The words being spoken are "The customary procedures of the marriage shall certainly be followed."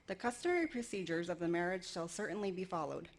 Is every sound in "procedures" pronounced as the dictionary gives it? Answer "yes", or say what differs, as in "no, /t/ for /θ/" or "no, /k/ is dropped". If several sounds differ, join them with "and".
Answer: yes